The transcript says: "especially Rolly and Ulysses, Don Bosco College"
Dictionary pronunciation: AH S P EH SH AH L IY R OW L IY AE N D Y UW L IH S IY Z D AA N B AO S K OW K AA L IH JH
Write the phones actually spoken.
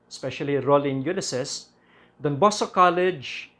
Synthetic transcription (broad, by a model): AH S P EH SH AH L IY R OW L IY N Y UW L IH S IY S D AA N B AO S OW K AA L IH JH